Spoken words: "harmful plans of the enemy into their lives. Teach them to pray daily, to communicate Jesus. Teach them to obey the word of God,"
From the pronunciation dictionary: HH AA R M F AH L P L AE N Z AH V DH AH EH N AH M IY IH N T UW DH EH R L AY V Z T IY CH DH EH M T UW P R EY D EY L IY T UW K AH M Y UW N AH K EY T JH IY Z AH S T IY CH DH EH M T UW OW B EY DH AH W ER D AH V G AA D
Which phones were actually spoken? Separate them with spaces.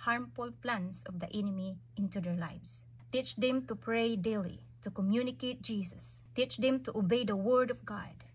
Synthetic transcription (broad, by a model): HH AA R M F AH L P L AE N S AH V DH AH EH N AH M IY IH N T UW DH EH R L AY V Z T IY CH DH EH M T UW P R EY D EY L IY T UW K AH M Y UW N AH K EY T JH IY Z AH S T IY CH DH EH M T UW OW B EY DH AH W ER D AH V G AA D